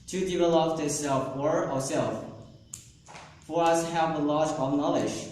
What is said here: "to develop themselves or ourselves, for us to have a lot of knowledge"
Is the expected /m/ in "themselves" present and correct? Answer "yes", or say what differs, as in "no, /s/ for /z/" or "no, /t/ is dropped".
no, /m/ is dropped